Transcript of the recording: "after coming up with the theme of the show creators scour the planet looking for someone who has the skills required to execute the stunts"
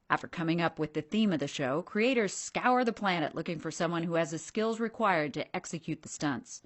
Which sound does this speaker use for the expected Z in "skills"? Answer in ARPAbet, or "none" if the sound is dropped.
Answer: Z